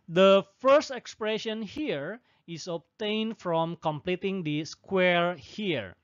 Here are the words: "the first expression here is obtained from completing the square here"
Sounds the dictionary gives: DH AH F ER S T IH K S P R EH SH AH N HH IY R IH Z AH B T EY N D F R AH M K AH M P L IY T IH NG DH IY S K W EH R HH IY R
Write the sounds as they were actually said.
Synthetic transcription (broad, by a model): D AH F ER S T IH K S P R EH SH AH N HH IY R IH S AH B T EY N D F R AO M K AH M P L IY T IH NG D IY S K W EH R HH IY R